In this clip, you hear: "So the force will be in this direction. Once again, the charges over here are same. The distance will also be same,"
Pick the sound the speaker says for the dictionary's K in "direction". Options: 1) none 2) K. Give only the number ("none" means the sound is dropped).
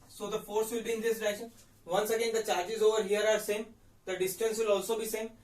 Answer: 1